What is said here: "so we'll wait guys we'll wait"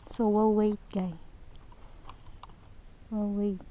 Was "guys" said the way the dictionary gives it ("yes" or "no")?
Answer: no